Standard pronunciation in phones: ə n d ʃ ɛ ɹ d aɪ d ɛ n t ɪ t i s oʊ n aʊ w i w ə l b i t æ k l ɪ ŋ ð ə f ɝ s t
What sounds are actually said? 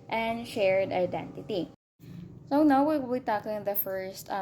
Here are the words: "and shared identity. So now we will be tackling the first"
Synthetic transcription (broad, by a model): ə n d ʃ ɛ ɹ d aɪ d ɛ n t ɪ t i s oʊ n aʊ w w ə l b i t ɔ k ɪ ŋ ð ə f ɝ s t